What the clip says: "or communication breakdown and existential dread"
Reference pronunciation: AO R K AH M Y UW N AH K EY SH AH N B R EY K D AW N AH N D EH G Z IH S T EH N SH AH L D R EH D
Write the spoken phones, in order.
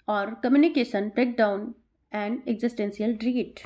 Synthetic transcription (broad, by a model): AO R K AH M Y UW N AH K EY SH AH N B R EY K D AW N AH N D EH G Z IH S T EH N S AH L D R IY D